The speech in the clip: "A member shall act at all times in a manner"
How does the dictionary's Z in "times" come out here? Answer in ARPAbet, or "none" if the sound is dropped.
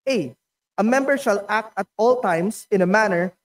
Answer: S